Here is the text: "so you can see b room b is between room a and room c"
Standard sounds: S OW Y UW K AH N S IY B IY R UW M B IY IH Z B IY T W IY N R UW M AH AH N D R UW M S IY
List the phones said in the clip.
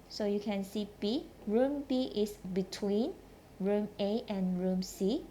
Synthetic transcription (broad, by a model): S OW Y UW K AH N S IY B IY R UW M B IY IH S B IY T W IY N R UW M AH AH N R UW M S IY